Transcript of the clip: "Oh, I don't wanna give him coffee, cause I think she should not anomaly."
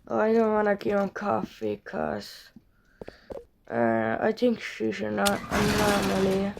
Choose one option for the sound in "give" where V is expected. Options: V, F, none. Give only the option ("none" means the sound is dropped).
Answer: none